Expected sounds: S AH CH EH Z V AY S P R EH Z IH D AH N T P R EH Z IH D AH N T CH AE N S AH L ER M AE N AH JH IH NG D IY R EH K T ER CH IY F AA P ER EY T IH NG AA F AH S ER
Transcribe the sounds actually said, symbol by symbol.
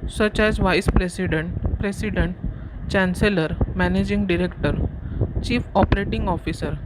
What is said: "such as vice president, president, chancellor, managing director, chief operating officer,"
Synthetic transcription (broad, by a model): S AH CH EH Z V AY S P R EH S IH D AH N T P R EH S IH D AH N T CH AE N S AH L ER M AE N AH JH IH NG D IY R EH K T ER CH IY F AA P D EY T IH NG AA F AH S ER